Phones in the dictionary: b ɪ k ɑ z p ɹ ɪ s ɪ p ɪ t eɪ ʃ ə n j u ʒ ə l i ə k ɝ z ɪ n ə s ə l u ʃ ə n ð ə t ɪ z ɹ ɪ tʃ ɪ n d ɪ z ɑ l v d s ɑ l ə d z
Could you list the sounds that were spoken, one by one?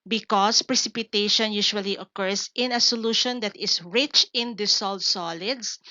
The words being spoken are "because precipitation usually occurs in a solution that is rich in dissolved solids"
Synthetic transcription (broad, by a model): b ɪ k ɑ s p ɹ ɪ s ɪ p ɪ t eɪ ʃ ə n j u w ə l i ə k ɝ s ɪ n ə s ə l u ʃ ə n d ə t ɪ s ɹ ɪ tʃ ɪ n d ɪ s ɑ l d s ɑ l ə d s